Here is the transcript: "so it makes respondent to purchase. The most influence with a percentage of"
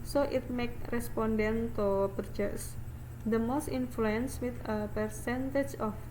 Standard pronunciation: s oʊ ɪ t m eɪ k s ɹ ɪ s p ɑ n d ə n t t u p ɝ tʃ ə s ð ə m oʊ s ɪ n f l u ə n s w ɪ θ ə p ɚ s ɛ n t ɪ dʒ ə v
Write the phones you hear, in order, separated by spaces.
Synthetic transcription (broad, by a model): s oʊ ɪ t m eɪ k ɹ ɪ s p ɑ n d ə n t t u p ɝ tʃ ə s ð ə m oʊ s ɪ n f l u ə n s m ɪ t ə p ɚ s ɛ n t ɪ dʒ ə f